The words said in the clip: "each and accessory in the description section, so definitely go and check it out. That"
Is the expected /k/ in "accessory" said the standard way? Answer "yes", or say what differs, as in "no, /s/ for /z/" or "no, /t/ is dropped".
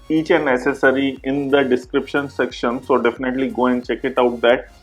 no, /k/ is dropped